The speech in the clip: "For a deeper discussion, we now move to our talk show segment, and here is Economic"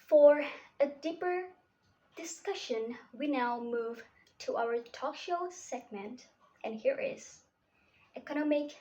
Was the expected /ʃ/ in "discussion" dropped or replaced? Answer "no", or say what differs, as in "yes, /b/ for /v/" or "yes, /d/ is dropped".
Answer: no